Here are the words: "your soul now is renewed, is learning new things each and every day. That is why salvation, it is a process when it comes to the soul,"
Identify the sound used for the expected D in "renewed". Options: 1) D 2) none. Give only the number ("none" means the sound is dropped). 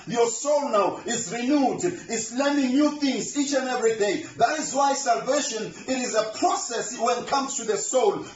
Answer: 1